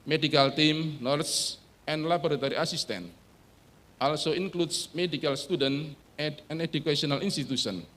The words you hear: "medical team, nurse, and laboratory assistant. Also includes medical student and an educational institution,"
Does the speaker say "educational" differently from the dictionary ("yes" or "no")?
yes